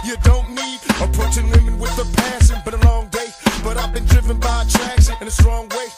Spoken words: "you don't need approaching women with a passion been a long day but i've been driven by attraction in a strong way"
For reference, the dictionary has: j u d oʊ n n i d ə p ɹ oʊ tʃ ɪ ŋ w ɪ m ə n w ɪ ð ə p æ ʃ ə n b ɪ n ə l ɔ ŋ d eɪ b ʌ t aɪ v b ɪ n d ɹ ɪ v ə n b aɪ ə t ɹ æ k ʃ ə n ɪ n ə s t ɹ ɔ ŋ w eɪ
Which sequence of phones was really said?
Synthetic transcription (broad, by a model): j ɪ d oʊ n n i d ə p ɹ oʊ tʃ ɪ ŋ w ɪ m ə n w ɪ ð ə p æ s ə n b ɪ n ə l ɔ ŋ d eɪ b ʌ t aɪ v b ɪ n d ɹ ɪ v ə n b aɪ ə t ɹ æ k s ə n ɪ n ə s t ɹ ɔ ŋ w eɪ